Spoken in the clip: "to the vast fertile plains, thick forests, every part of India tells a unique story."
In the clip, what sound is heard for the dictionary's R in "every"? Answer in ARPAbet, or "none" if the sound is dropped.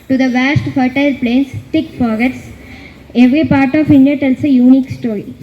R